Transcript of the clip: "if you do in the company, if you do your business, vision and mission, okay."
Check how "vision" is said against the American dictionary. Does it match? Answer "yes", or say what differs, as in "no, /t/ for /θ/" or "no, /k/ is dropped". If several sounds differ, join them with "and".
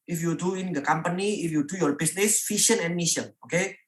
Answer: no, /f/ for /v/ and /ʃ/ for /ʒ/